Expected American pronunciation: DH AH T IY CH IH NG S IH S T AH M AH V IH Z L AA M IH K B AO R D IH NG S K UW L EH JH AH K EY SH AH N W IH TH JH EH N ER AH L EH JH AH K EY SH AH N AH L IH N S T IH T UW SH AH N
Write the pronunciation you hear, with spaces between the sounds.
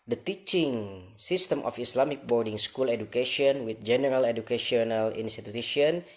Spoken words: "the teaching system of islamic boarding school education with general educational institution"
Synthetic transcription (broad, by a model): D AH T IY CH IH NG S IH S T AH M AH F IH S L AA M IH K B AO R D IH NG S K UW L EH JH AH K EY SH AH N W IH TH JH EH N ER AH L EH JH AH K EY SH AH N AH L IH N S T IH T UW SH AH N